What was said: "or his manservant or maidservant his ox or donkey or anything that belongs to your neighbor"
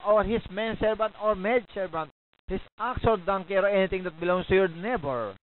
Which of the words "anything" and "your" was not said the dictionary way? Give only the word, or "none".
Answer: anything